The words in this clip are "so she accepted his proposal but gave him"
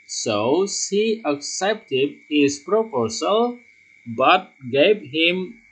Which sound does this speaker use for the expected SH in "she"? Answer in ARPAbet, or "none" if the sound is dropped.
S